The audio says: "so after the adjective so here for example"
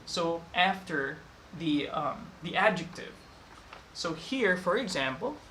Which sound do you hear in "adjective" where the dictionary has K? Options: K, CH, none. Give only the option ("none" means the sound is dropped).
K